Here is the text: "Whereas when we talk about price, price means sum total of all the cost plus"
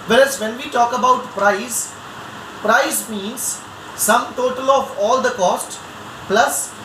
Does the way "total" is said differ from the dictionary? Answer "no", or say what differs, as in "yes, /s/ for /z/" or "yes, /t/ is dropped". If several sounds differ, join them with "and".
no